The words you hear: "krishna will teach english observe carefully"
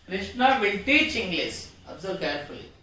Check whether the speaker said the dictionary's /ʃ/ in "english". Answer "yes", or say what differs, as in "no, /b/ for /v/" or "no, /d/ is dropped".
no, /s/ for /ʃ/